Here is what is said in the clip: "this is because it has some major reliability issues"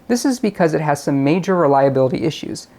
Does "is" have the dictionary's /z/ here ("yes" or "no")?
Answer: yes